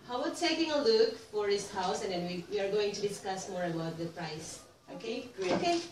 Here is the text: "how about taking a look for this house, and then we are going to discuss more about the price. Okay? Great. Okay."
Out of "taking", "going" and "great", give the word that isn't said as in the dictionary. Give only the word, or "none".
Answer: great